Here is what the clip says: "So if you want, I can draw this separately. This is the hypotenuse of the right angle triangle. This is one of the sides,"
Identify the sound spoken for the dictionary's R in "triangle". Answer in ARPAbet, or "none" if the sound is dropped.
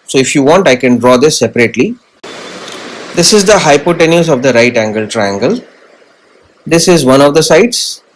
R